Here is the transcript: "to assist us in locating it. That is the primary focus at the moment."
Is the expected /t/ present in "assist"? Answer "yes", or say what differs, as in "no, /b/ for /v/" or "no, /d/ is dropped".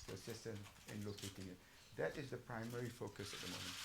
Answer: yes